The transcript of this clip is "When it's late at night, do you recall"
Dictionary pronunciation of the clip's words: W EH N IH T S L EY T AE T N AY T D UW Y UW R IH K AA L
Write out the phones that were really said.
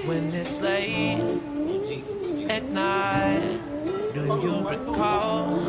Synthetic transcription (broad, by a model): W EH N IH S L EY AE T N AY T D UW Y UW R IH K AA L